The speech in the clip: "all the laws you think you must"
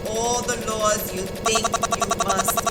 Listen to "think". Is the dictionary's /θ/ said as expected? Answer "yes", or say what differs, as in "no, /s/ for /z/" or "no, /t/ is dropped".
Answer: no, /t/ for /θ/